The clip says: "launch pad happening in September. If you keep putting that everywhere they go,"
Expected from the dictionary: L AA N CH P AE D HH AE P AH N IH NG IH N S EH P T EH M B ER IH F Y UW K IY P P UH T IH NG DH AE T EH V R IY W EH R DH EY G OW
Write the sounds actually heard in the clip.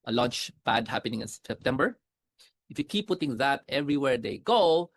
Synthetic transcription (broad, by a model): L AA N CH B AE D HH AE P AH N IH NG IH N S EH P T EH M B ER IH F Y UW K IY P P UH T IH NG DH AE T EH V R IY W EH R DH EY G OW